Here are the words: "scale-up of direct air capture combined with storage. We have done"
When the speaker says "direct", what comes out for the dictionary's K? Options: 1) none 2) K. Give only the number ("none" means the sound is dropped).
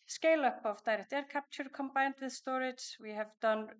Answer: 1